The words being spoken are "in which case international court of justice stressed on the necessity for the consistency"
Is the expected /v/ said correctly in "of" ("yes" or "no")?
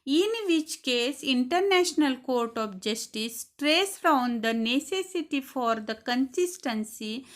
no